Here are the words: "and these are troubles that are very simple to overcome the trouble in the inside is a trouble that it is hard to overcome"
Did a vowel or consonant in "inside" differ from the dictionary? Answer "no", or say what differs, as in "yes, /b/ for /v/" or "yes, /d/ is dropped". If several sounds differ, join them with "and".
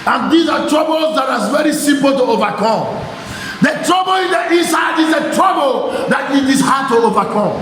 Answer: yes, /n/ is dropped